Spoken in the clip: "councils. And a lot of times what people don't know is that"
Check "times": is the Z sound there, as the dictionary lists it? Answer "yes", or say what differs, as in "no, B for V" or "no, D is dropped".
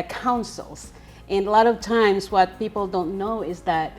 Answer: yes